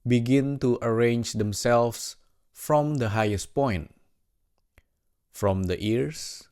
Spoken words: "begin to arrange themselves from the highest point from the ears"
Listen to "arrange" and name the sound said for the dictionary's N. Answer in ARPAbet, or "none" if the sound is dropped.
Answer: N